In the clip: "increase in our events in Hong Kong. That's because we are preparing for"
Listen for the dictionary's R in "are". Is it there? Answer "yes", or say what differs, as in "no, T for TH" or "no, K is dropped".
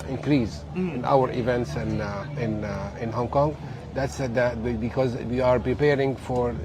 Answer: yes